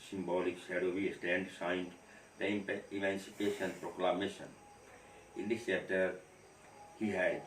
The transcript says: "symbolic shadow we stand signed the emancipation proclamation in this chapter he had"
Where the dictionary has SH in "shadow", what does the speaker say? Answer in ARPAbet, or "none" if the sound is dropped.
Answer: S